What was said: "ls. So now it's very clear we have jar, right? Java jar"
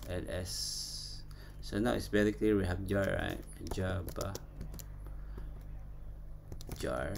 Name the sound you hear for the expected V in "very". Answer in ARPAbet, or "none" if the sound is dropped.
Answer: B